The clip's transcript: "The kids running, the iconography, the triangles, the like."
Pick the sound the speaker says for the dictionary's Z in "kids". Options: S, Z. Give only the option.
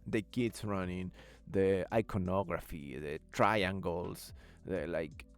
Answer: S